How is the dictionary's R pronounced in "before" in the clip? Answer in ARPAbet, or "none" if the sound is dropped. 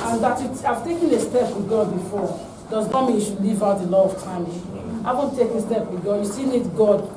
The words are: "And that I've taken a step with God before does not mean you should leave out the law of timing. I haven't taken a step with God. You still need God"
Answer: R